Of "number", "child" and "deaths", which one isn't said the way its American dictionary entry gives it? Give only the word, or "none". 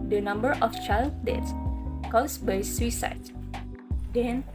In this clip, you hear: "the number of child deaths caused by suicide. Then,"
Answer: deaths